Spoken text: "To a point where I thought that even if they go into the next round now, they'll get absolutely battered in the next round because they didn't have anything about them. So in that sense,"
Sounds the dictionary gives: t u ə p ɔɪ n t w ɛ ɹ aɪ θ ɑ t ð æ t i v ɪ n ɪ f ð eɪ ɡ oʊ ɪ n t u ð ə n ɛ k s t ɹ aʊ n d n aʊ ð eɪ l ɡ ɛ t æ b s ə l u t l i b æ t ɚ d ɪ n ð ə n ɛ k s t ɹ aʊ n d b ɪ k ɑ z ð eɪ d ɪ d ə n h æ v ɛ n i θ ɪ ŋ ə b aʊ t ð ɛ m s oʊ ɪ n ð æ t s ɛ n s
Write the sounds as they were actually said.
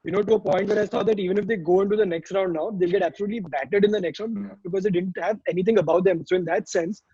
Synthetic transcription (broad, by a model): t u ə p ɔɪ n t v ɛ ɹ aɪ s ɑ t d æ t i v ɪ n ɪ f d eɪ ɡ oʊ ɪ n t u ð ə n ɛ k s t ɹ aʊ n d n aʊ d eɪ l ɡ ɛ t æ b s ə l u t l i b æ t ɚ d ɪ n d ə n ɛ k s t ɹ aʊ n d b ɪ k ɑ z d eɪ d ɪ d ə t h æ v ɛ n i t ɪ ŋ ə b aʊ t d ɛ m s oʊ ɪ n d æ t s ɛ n s